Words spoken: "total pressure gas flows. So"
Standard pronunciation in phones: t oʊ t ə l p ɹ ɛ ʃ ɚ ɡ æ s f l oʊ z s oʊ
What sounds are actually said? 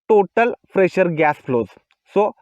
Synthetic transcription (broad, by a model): t oʊ t ə l f ɹ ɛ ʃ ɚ ɡ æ s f l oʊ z s oʊ